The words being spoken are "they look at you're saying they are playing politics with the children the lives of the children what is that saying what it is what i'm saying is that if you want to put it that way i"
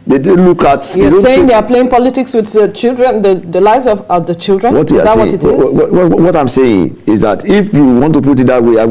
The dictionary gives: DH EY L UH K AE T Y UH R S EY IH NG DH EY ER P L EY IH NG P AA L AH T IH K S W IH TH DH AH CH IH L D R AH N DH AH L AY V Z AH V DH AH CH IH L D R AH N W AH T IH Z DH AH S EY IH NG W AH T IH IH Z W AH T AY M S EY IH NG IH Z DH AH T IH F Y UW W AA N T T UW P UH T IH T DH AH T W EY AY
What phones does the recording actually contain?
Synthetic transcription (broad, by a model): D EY L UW K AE T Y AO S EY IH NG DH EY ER P L EY IH NG P AA L AH T IH K S W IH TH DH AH CH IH L D R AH N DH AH L AY V Z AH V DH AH CH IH L D R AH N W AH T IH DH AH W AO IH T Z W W W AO T AY M S EY IH NG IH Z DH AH T IH F Y UW W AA N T T UW P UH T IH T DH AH T W EY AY